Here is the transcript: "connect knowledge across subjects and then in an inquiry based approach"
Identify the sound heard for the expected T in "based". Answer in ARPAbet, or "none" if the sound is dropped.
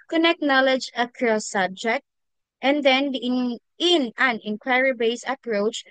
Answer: none